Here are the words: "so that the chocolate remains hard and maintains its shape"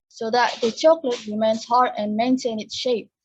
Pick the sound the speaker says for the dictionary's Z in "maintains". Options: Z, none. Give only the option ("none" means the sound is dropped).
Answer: none